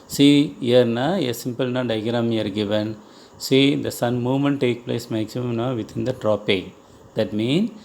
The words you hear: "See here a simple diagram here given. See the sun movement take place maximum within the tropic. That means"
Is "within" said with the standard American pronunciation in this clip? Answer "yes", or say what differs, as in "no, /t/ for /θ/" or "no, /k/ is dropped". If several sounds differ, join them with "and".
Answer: no, /t/ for /θ/